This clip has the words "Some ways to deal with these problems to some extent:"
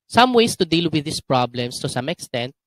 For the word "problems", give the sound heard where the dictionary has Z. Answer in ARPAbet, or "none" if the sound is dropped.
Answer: S